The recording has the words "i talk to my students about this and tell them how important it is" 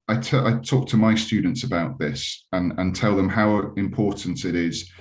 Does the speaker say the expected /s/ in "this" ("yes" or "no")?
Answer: yes